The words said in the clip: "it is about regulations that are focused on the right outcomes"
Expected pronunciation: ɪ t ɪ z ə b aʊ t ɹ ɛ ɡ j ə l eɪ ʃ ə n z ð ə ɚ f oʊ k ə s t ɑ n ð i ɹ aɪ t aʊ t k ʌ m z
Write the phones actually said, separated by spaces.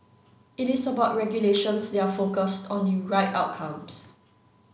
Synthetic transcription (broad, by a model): ɪ t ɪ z ə b aʊ t ɹ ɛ ɡ j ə l eɪ ʃ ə n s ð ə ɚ f oʊ k ə s t ɑ n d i ɹ aɪ t aʊ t k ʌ m s